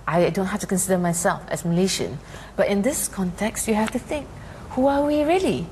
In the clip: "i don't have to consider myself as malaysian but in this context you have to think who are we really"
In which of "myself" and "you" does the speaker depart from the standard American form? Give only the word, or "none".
none